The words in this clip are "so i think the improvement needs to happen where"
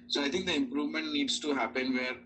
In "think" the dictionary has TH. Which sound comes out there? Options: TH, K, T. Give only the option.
T